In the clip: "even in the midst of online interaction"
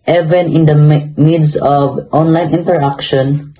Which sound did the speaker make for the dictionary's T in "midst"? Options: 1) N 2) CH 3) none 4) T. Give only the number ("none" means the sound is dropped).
3